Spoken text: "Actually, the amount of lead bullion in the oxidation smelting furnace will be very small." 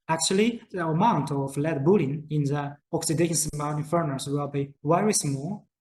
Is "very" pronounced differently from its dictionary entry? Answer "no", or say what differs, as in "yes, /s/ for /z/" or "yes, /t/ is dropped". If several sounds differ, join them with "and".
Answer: yes, /w/ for /v/